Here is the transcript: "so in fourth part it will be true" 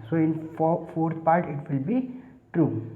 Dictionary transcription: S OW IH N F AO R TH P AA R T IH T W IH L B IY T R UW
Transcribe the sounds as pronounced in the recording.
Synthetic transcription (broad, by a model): S OW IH N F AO R T P AA R T IH T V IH L B IY T R UW